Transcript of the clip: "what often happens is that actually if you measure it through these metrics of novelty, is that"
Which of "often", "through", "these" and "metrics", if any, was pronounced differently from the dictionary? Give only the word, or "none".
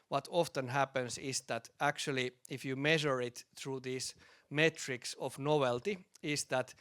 these